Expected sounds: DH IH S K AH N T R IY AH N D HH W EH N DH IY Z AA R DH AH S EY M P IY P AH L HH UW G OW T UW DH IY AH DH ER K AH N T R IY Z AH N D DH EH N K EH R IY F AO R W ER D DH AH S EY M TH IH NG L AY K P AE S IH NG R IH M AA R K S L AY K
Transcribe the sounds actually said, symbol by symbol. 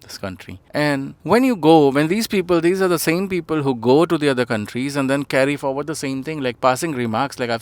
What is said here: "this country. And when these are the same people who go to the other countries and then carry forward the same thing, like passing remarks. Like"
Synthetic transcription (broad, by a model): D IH S K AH N T R IY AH N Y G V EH N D IY Z AA R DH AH S EY M P IY P AH L HH UW G OW T UW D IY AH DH ER K AH N T R IY Z AH N D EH N K EH R IY F AO R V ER D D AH S EY M T IH NG L AY K P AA S IH NG R IH M AA R K S L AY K